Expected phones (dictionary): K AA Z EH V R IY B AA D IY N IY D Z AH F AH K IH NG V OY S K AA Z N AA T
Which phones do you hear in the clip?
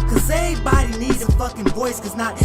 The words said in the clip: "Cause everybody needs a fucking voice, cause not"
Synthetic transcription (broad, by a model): K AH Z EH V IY B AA D IY N IY D AH F AH K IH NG V OY S K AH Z N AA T